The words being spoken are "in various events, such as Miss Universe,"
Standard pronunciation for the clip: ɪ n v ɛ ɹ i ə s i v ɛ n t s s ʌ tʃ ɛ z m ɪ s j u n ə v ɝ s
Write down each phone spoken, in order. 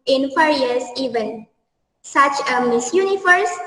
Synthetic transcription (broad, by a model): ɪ n f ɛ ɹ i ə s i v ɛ n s s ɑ tʃ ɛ m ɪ s j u n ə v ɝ s